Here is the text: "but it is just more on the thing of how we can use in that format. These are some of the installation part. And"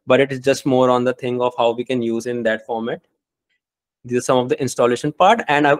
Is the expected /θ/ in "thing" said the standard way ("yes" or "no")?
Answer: no